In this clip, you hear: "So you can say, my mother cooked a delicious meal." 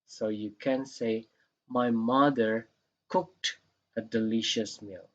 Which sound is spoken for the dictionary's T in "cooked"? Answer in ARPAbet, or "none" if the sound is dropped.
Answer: T